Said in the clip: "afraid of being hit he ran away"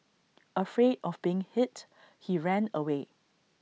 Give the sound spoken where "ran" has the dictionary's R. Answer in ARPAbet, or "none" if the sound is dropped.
R